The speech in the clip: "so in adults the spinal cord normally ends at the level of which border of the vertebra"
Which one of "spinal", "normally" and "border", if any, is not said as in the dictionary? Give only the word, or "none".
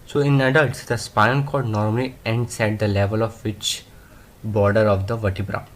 spinal